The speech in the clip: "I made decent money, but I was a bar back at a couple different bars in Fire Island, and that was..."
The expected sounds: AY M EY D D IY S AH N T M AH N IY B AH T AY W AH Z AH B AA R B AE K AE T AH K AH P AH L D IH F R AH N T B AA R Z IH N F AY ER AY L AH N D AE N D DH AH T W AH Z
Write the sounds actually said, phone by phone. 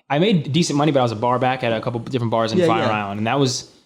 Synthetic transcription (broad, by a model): AY M EY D D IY S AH N M AH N IY B AH T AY W AH Z AH B AA R B AE K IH T AH K AH P L D IH F R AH N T B AA R Z IH N F AY ER AY L AH N D N DH AH T W AH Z